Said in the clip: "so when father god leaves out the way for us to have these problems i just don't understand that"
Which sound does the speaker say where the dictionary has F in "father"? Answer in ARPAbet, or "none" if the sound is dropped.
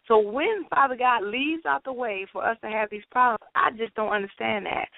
F